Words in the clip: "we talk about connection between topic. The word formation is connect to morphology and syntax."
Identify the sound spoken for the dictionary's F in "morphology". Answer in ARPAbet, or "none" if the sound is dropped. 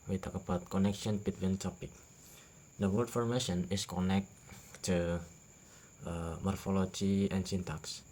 F